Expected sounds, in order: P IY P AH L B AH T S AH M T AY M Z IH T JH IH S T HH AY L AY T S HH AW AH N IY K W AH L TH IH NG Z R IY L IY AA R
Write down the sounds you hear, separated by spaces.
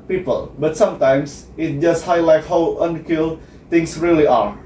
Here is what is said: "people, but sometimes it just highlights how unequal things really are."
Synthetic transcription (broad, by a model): P IY P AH L B AH T S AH M T AY M S IH T JH IH S T HH AY L AY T HH AW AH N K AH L T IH NG S R IY L IY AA R